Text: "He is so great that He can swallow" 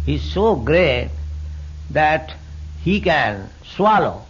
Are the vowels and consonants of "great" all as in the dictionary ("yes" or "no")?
yes